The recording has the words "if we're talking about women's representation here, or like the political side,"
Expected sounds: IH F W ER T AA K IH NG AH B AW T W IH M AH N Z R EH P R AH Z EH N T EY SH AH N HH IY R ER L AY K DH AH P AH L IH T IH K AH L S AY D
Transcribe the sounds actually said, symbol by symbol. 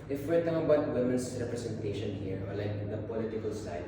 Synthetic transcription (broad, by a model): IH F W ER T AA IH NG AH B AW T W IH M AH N S R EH P R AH S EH N T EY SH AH N HH IY R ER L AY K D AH P AH L IH T IH K AH L S AY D